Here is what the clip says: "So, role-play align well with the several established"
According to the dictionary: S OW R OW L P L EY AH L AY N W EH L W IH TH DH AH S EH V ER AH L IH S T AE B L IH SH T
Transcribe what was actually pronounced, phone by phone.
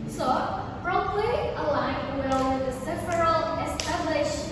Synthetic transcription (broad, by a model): S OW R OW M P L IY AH L AY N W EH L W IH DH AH S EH F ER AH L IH S T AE B L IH SH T